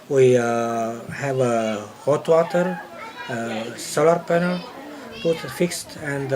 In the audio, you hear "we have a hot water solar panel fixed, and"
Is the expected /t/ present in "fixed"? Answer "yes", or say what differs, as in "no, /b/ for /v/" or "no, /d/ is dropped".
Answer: yes